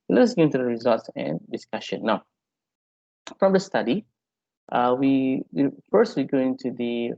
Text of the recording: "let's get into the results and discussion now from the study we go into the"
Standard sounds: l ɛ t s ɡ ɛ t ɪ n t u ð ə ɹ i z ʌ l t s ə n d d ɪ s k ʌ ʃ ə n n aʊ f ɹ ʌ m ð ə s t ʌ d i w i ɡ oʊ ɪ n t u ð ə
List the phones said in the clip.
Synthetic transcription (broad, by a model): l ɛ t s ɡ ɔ ɪ n t u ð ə ɹ i z ʌ l t s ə n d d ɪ s k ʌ ʃ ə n n aʊ f ɹ ʌ m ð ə s t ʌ d i w i ɡ oʊ ɪ n t u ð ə